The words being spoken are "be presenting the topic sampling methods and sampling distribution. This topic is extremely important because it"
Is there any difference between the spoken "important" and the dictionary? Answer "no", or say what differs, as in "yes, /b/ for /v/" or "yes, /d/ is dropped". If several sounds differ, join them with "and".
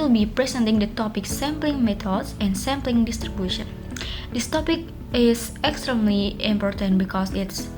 no